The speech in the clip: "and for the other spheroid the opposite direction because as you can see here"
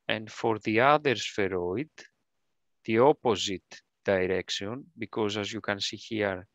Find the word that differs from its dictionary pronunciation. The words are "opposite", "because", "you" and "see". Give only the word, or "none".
none